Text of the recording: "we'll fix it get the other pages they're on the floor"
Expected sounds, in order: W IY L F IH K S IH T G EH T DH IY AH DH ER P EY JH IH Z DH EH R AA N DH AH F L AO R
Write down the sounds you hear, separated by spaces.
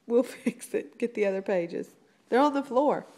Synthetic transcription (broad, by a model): W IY L F IH K S IH T G EH T DH IY AH DH ER P EY JH IH Z DH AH R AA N DH AH F L AO R